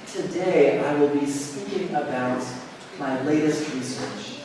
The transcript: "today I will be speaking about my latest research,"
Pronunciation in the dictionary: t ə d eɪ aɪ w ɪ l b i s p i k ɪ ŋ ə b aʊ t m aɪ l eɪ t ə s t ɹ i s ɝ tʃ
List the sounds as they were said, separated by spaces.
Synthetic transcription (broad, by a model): t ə d eɪ aɪ w ɪ l b i s p i k ɪ ŋ ə b aʊ t m aɪ l eɪ t ə s t ɹ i s ɝ tʃ